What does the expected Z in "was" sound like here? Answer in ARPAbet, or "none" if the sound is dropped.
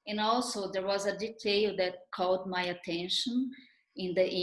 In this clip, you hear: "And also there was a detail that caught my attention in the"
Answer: Z